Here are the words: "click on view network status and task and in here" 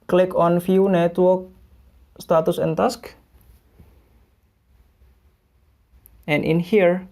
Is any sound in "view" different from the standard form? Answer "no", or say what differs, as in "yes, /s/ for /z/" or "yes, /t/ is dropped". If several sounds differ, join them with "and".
yes, /f/ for /v/